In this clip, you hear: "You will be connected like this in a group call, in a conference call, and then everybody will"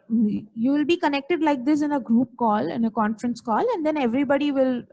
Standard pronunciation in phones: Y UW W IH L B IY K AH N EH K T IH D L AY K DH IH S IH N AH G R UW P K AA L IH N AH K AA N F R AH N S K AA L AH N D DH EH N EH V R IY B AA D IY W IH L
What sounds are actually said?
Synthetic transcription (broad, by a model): Y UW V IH L B IY K AH N EH K T IH D L AY K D IH S IH N AH G R UW P K AA L IH N AH K AA N F R AH N S K AA L AH N D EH N EH V R IY B AA D IY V IH L